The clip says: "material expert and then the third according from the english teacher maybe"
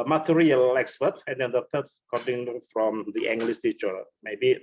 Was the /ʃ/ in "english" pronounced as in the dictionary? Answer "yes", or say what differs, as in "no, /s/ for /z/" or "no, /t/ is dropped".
no, /s/ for /ʃ/